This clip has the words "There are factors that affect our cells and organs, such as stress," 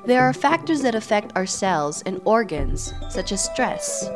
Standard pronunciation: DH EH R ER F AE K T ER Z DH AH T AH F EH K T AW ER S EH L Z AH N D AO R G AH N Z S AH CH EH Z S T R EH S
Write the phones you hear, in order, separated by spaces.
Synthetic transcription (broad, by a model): DH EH R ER F AE K T ER Z DH AH T AH F EH K T AW ER S EH L Z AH N AO R G AH N Z S AH CH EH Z S T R EH S